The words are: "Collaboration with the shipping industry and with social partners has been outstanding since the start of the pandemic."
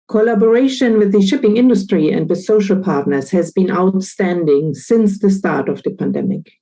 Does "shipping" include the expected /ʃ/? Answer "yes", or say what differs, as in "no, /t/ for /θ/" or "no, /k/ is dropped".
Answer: yes